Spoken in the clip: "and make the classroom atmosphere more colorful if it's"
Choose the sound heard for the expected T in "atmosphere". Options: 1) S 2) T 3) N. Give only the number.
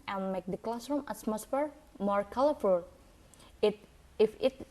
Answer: 1